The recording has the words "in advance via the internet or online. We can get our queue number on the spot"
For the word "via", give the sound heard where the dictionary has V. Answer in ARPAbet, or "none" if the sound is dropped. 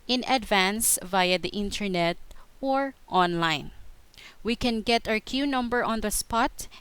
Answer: V